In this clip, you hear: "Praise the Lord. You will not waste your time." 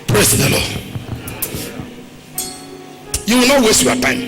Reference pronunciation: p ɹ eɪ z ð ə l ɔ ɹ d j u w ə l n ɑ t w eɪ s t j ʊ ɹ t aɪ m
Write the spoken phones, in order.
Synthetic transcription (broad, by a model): p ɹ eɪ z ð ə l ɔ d j u w ə l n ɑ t w eɪ s t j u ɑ t aɪ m